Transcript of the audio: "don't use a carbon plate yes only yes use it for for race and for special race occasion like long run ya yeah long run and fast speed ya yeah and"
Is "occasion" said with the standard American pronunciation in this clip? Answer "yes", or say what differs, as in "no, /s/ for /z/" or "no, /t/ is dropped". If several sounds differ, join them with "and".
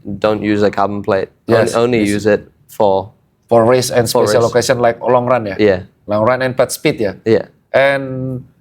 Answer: no, /s/ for /ʒ/